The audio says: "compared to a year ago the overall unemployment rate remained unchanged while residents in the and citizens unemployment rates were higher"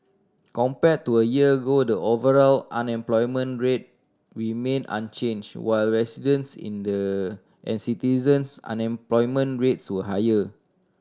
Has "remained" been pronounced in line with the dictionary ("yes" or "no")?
no